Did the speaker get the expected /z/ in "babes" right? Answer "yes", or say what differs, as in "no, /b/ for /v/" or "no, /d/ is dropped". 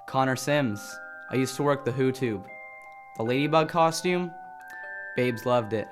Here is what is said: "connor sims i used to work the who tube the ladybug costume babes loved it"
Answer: yes